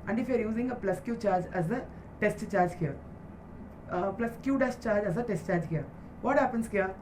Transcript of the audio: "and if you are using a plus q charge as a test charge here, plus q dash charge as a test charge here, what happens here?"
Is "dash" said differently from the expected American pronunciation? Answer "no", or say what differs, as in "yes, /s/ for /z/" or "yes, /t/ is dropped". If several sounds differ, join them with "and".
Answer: yes, /s/ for /ʃ/